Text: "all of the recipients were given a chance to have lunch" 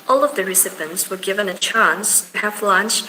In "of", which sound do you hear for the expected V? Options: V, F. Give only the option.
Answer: V